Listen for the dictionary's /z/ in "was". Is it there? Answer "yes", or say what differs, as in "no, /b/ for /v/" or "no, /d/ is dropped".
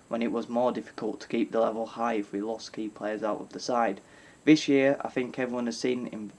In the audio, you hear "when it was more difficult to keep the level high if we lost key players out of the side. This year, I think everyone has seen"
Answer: yes